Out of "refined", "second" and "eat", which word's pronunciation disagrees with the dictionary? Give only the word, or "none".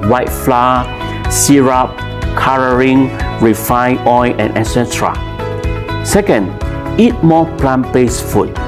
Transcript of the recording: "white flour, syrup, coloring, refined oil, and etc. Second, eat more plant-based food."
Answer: refined